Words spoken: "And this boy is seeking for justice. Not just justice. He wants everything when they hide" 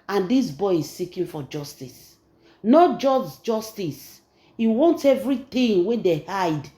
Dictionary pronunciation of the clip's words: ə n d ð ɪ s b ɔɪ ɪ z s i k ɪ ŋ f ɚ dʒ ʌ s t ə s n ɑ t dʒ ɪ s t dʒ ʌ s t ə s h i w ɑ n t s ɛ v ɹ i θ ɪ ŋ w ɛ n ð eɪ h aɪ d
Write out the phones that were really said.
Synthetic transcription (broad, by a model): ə n d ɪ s b ɔɪ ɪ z s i k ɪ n f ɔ dʒ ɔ s t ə s n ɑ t dʒ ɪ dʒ dʒ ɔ s t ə s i w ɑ n t ɛ v ɹ i t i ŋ w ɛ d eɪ h aɪ d